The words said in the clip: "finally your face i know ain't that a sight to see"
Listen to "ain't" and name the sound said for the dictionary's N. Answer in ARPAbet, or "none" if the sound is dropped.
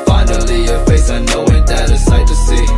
none